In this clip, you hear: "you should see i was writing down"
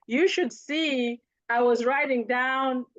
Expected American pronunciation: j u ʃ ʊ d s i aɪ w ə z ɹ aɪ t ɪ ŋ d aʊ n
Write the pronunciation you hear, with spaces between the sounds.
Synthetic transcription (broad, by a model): j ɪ ʃ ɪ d s i aɪ w ə z ɹ aɪ t ɪ ŋ d aʊ n